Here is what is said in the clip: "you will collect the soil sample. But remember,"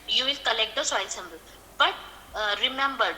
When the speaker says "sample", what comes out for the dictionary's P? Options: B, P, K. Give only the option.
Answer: B